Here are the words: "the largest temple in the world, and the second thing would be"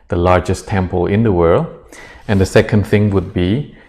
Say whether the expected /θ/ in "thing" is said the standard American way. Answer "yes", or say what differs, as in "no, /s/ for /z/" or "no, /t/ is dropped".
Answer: yes